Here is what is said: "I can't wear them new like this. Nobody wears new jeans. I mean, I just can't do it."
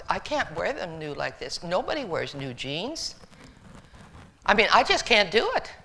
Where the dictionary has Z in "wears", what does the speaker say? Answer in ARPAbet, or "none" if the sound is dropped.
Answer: Z